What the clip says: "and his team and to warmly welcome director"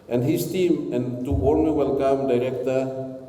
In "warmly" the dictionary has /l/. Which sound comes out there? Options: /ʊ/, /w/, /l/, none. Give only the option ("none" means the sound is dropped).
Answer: none